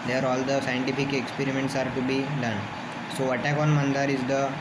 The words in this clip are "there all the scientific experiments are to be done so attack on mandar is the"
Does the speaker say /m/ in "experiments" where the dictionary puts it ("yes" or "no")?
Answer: yes